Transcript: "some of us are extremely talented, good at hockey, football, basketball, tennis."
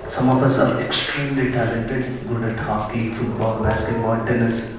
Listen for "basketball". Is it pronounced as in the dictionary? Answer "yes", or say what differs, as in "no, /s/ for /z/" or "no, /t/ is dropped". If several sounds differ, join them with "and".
no, /n/ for /l/